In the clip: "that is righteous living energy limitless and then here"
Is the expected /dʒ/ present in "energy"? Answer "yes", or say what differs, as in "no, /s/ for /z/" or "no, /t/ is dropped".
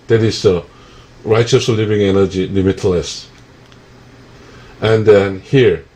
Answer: yes